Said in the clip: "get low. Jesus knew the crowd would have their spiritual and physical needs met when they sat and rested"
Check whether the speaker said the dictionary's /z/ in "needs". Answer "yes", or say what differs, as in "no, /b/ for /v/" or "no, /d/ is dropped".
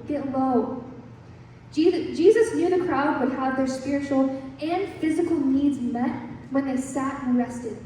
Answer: yes